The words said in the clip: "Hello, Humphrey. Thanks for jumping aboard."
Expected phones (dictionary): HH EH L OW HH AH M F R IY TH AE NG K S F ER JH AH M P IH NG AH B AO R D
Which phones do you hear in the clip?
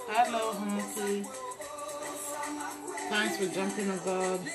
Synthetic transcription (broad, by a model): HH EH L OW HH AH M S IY T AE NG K S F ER JH AH M P IH NG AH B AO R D